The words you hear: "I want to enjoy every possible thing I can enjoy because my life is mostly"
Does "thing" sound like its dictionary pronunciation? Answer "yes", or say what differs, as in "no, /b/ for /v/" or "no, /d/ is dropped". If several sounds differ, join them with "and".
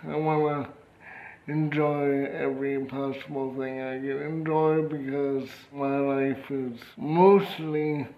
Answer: yes